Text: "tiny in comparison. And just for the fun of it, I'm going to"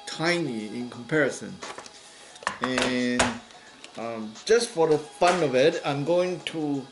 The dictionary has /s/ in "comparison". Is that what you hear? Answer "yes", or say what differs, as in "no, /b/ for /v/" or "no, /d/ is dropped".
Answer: yes